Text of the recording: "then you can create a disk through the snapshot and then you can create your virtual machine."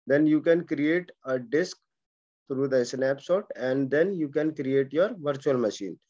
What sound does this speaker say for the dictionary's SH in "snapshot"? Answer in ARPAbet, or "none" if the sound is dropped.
S